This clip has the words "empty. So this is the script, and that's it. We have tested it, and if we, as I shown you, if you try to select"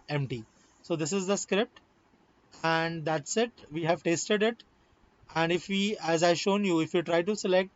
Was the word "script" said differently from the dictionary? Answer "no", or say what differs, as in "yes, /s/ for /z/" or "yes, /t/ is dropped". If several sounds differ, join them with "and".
no